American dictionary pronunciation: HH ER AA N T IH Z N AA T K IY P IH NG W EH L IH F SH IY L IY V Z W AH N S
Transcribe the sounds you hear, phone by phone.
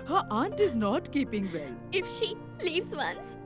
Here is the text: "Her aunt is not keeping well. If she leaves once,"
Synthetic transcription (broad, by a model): HH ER AA N T IH Z N AA T K IY P IH NG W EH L IH F SH IY L IY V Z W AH N S